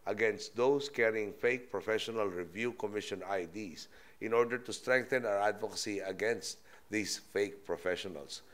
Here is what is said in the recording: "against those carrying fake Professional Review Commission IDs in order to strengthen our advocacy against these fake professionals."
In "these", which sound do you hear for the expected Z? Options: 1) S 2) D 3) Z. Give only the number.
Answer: 1